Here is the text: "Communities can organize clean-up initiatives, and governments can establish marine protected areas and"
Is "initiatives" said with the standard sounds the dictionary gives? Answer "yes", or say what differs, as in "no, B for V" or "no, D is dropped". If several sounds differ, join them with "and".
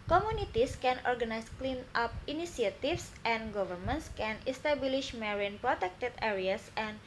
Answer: no, S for SH